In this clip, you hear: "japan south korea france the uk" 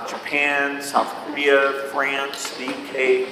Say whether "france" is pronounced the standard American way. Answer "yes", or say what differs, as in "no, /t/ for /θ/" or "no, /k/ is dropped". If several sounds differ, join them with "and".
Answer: yes